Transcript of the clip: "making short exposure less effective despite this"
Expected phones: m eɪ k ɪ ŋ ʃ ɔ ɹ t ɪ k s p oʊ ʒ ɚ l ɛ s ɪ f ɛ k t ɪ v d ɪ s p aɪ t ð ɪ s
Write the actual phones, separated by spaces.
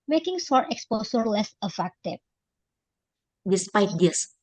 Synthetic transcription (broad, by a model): m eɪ k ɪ ŋ s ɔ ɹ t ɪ k s p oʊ s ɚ l ɛ s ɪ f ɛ k t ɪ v d ɪ s p aɪ t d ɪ s